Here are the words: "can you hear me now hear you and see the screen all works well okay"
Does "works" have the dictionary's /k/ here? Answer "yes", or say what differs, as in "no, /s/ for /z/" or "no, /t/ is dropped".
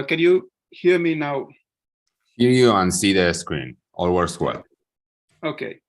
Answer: no, /k/ is dropped